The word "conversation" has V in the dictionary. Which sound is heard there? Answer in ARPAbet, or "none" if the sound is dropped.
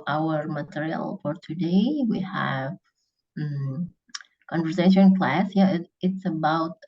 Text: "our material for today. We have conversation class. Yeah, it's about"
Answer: V